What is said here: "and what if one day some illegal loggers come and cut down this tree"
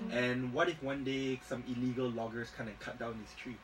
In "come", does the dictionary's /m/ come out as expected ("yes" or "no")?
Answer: no